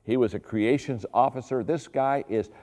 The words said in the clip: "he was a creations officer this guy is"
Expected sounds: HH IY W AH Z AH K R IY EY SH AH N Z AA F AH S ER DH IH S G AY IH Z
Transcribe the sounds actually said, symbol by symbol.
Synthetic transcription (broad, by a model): HH IY W AH Z AH K R IY EY SH AH N Z AA F AH S ER DH IH S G AY IH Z